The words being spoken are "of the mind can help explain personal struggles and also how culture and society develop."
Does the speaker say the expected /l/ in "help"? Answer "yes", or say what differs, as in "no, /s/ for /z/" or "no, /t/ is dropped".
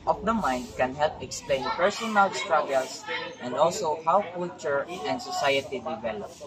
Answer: yes